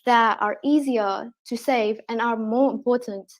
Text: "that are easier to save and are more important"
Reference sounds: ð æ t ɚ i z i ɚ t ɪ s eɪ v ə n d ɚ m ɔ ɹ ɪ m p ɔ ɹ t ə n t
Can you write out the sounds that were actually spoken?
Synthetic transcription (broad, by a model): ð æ t ɚ i z i ɚ t ɪ s eɪ v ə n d ɚ m ɔ ɹ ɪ m p ɔ ɹ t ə n t